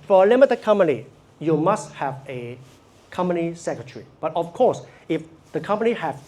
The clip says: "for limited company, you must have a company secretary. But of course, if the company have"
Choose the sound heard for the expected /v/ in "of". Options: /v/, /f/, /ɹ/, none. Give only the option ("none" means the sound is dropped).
/f/